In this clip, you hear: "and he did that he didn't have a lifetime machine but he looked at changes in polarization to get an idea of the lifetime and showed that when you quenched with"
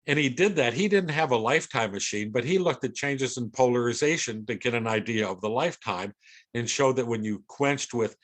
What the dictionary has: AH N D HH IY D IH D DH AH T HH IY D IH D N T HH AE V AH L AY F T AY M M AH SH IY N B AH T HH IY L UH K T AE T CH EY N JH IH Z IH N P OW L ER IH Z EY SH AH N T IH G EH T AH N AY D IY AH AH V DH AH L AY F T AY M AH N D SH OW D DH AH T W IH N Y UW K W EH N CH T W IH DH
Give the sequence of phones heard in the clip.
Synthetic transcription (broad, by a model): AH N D IY D IH D DH AH T HH IY D IH D N T HH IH V AH L AY F T AY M M AH SH IY N B AH T HH IY L UH K T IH T CH EY N JH IH Z IH N P OW L ER IH Z EY SH AH N T IH G EH T AH N AY D IY AH AH V DH AH L AY F T AY M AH N SH OW D DH AH T W IH N Y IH K W EH N CH T W IH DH